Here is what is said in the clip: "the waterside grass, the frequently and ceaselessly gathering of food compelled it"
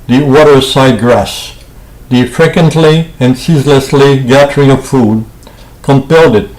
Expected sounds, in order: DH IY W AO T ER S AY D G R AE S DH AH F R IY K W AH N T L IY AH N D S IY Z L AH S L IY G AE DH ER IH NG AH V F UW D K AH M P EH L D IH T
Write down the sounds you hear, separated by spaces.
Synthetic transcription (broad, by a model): DH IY W AO T ER S AY D G R AE S DH AH F R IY K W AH N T L IY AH N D S IY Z L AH S L IY G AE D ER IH NG AH V F UW D K AH M P EH L D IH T